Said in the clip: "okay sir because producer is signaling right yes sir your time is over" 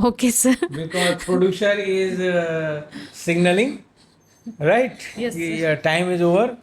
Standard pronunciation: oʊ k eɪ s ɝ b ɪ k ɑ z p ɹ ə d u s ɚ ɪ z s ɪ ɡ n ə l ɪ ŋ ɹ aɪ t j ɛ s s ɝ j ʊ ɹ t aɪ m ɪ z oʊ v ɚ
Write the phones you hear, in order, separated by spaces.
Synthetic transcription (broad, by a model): oʊ k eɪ s ɝ b ɪ k ɑ z p ɹ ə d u ʃ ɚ ɪ z s ɪ ɡ n ə l ɪ ŋ ɹ aɪ t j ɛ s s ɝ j t aɪ m ɪ z oʊ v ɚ